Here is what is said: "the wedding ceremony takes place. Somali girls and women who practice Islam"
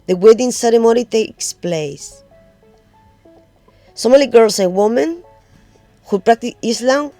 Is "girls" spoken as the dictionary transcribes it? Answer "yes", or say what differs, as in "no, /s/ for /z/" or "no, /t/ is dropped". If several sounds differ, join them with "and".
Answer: no, /s/ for /z/